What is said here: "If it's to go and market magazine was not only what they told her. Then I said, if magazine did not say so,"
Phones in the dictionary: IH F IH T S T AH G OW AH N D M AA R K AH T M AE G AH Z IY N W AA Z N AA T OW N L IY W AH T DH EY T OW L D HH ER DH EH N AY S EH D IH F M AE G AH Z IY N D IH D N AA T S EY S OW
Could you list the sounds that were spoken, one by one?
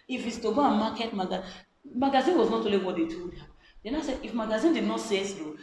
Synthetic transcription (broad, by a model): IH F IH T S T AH G OW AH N M AA K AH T M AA G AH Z IY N W AA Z N AA T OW L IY W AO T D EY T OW D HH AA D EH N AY S EH D IH F M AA G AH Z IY N D IH D N AA T S EY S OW